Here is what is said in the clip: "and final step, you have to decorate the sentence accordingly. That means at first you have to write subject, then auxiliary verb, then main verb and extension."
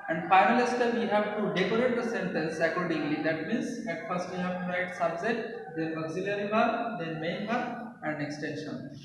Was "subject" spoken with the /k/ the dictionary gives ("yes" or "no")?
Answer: no